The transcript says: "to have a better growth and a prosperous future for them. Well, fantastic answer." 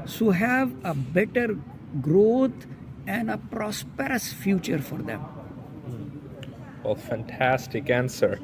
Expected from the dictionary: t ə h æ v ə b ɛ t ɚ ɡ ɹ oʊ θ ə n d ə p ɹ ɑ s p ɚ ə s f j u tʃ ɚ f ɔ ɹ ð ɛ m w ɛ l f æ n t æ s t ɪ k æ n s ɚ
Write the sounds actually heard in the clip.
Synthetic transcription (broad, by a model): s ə h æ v ə b ɛ t ɚ ɡ ɹ oʊ t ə n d ə p ɹ ɑ s p ɚ ə s f j u tʃ ɚ f ɔ ɹ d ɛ m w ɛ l f æ n t æ s t ɪ k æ n s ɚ